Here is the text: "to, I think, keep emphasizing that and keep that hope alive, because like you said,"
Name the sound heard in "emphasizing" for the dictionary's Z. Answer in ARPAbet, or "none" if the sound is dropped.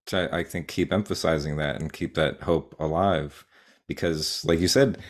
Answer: Z